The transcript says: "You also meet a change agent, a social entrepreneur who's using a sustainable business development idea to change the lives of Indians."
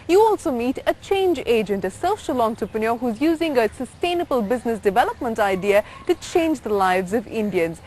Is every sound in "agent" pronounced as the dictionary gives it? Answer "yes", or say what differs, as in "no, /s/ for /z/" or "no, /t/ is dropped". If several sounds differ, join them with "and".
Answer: yes